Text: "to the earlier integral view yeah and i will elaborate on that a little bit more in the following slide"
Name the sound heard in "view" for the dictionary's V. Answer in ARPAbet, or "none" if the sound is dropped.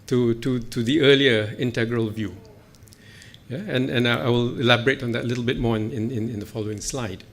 V